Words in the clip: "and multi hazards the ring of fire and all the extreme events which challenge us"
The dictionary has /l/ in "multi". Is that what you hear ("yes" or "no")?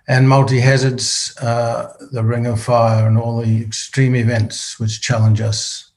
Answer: yes